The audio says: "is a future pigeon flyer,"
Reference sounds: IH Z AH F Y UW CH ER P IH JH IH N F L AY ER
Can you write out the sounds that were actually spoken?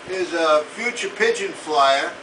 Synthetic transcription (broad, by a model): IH Z AH F Y UW CH ER P IH JH IH N F L AY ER